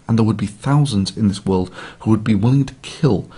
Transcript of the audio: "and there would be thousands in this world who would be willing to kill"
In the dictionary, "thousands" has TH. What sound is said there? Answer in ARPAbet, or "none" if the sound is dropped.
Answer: TH